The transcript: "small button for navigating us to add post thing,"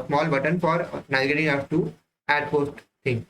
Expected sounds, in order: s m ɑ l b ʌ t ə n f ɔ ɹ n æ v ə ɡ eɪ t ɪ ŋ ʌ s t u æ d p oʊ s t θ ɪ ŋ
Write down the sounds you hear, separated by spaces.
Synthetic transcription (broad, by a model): s m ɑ l b ʌ t ə n f ɔ ɹ n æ ə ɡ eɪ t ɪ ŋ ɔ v t u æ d p oʊ s t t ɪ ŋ